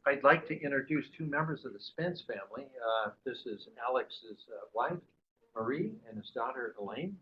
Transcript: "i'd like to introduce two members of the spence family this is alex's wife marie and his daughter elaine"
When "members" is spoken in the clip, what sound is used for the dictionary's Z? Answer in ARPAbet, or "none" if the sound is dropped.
Z